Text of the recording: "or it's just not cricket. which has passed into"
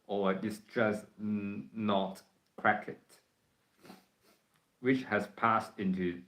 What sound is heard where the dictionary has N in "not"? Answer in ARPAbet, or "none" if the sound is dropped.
N